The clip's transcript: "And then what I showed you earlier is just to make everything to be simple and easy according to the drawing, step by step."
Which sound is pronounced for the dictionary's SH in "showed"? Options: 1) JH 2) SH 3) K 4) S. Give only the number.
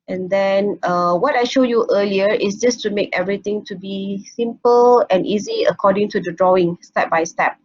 2